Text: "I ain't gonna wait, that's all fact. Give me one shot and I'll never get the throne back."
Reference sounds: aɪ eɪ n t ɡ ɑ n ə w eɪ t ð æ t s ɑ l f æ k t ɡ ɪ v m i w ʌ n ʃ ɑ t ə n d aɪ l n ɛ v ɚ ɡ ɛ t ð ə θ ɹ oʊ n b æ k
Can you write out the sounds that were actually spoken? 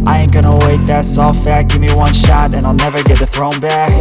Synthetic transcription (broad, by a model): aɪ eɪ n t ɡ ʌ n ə w eɪ t ð æ t s ɑ l f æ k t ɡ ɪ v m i w ʌ n ʃ ɑ t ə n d aɪ l n ɛ v ɚ ɡ ɛ t ð ə θ ɹ oʊ n b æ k